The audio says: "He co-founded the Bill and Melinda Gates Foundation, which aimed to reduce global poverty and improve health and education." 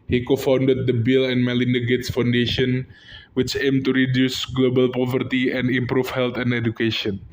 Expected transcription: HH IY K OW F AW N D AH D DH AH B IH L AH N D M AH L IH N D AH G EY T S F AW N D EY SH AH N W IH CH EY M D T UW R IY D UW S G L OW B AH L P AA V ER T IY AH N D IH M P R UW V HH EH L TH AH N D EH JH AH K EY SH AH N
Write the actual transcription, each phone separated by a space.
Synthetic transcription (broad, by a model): HH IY K OW F AW N D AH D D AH B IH L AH N M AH L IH N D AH G EY T S F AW N D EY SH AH N W IH CH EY M T UW R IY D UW S G L OW B AH L P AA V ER T IY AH N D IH M P R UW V HH EH L T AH N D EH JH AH K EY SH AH N